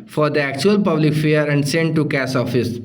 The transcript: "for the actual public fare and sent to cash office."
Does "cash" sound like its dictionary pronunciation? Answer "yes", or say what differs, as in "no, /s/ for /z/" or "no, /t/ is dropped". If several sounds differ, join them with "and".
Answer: no, /s/ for /ʃ/